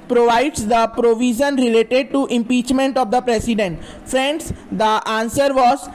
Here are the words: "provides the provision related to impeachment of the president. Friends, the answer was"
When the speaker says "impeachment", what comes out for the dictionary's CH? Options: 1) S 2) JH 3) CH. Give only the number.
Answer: 3